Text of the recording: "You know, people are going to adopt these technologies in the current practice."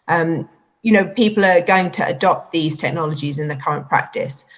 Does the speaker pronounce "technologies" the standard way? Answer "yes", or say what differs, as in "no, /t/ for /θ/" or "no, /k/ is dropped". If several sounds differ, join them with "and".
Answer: yes